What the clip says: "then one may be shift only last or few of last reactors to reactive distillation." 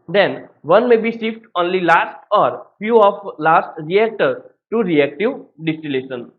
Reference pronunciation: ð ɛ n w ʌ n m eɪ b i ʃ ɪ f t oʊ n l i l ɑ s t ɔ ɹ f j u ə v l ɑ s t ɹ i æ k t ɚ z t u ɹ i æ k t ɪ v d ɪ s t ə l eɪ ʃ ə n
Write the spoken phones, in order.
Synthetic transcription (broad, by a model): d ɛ n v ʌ n m eɪ b i s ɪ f t oʊ n l i l ɑ s t ɔ ɹ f j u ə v l ɑ s t ɹ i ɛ k t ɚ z t u ɹ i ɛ k t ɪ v d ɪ s t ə l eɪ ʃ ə n